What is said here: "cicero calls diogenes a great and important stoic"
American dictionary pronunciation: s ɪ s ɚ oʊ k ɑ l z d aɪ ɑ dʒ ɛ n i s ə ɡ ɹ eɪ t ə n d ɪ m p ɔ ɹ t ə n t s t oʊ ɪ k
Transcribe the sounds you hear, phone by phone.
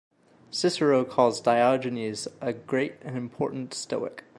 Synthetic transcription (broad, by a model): s ɪ s ɚ oʊ k ɑ z d aɪ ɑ dʒ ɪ n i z ə ɡ ɹ eɪ t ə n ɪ m p ɔ ɹ t n t s t oʊ ɪ k